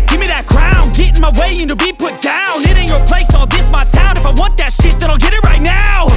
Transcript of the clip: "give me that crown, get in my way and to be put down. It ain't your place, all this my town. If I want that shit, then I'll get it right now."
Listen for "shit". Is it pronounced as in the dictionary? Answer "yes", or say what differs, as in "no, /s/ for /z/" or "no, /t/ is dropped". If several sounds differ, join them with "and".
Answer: yes